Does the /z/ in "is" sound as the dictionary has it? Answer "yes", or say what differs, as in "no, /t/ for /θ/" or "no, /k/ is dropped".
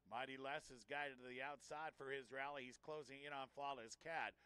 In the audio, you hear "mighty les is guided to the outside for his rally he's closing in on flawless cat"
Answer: yes